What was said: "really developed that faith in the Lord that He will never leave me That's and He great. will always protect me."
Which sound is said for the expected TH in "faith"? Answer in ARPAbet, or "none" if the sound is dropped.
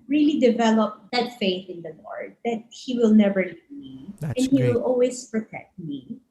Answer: TH